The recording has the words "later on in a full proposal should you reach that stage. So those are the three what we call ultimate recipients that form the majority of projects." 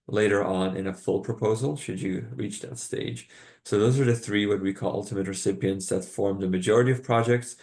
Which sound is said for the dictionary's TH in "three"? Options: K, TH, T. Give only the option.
TH